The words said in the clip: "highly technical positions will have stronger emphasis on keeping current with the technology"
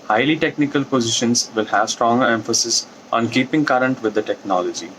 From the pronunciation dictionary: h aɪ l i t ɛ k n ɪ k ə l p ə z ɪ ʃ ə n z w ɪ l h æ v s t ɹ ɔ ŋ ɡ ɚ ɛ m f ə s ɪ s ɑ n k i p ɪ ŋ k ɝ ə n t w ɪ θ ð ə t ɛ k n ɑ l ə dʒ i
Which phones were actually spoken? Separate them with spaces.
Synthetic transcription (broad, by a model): h aɪ l i t ɛ k n ɪ k ə l p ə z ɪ ʃ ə n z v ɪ l h æ v s t ɹ ɔ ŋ ɡ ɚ ɛ m f ə s ɪ s ɑ n k i p ɪ ŋ k ɝ ə n t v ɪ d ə t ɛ k n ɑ l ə dʒ i